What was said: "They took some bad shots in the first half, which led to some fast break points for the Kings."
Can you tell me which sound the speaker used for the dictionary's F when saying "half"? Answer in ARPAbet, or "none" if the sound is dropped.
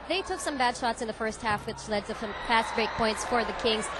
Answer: F